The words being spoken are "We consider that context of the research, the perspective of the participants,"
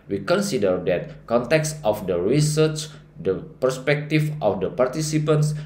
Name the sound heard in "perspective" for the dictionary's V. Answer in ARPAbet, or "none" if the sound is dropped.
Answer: F